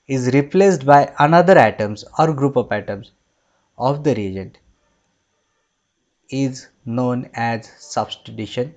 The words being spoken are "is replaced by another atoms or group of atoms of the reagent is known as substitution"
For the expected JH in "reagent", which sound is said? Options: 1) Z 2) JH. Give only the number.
2